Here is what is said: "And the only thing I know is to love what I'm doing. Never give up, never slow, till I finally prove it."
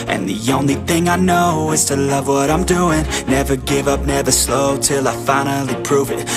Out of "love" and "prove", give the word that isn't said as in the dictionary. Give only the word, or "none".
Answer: none